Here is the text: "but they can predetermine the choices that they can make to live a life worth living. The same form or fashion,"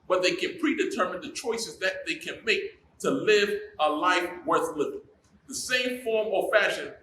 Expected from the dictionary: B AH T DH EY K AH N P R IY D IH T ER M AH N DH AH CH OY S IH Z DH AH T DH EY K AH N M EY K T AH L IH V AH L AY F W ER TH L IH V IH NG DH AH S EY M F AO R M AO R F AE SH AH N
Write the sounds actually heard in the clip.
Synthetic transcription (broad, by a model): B AH T DH EY K AH N P R IY D IH T ER M AH N DH AH CH OY S IH Z DH AH T DH EY K AH N M EY K T AH L IH V AH L AY F W ER TH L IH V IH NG DH AH S EY M F AO R M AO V F AE SH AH N